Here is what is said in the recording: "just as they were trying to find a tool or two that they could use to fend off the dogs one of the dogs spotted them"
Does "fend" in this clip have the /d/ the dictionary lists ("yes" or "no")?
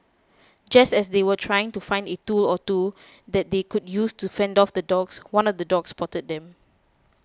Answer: yes